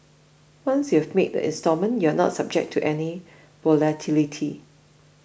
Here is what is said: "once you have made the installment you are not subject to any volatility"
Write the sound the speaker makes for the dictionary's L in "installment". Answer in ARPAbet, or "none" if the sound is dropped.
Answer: none